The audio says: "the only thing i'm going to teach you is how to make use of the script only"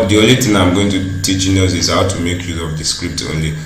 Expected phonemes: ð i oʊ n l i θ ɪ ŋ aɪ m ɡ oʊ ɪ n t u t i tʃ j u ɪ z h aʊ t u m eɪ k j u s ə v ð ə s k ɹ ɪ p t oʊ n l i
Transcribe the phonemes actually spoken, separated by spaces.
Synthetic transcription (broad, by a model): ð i oʊ n l i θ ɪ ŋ aɪ m ɡ oʊ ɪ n t u t i tʃ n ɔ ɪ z h aʊ t u m eɪ k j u ə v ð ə s k ɹ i p t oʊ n l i